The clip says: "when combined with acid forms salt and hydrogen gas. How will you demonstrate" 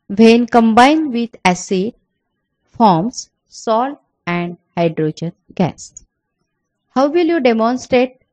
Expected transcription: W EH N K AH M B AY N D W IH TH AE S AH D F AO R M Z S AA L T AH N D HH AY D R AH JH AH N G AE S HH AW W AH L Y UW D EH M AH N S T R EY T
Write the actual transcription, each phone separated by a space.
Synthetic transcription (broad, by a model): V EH N K AH M B AY N D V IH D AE S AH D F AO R M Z S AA L AH N D HH AY D R AH JH AH N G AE S HH AW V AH L Y UW D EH M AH N S T R EY T